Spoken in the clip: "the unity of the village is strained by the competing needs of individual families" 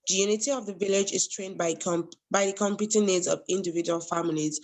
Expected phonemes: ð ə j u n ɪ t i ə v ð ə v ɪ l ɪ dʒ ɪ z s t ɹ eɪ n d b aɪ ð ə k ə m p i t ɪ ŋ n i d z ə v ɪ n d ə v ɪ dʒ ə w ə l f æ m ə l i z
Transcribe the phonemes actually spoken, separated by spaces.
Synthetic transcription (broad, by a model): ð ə j u n ɪ t i ə v ð ə v ɪ l ɪ dʒ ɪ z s t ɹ eɪ n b b aɪ ð ə k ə m p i t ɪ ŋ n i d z ə v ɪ n d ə v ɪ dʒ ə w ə l f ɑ m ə l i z